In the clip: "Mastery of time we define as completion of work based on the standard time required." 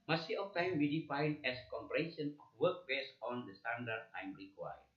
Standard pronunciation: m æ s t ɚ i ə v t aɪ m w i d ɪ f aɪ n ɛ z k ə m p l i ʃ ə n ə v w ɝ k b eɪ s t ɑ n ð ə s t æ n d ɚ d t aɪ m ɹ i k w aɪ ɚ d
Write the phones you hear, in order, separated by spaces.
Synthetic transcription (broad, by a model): m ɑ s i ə f t aɪ m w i d ɪ f aɪ n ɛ s k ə m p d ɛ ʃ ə n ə f w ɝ k b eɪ s ɑ n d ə s t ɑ n d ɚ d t aɪ m ɹ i k w aɪ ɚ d